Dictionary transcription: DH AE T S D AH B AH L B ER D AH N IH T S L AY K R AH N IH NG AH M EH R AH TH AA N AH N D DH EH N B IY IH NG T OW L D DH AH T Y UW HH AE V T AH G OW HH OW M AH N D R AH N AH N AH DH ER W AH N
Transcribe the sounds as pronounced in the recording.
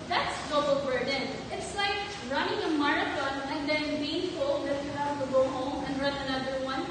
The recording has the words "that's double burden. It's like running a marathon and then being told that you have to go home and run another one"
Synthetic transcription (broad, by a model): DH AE T S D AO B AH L B ER D AH N IH T S L AY K R AH N IH NG AH M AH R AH T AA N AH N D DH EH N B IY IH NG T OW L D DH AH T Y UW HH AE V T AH G OW HH OW M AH N R AH N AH N AH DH ER W AH N